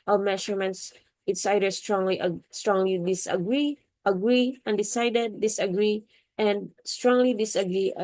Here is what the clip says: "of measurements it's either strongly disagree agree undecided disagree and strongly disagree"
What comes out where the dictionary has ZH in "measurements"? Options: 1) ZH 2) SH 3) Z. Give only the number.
2